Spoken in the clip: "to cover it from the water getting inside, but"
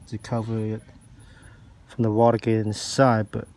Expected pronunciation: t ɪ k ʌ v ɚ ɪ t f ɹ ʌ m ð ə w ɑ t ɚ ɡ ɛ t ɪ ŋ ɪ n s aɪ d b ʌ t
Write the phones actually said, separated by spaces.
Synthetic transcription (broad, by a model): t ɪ k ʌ v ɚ ɪ t f ɹ ʌ m ð ə w ɑ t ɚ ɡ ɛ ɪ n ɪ s aɪ d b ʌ t